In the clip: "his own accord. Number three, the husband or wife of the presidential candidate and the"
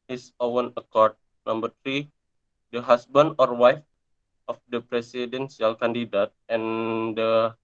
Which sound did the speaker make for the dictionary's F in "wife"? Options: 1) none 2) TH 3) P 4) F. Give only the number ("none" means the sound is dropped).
4